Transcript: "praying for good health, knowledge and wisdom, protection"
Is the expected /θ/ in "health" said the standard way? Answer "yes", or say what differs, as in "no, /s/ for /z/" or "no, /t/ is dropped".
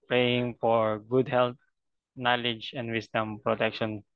no, /t/ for /θ/